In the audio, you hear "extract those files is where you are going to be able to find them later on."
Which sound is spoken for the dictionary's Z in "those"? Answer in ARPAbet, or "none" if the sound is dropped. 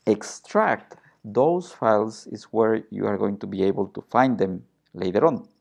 S